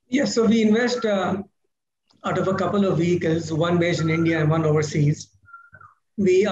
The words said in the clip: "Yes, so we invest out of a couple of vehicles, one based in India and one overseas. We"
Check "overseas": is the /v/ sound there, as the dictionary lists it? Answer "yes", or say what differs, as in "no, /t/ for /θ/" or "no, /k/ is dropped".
yes